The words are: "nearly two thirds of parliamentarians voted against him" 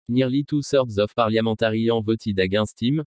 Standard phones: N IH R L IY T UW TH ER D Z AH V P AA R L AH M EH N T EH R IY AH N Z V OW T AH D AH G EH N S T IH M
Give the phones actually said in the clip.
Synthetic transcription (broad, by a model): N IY R L IY T UW S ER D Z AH F P AA R L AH M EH T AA R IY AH V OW T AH D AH G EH S T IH M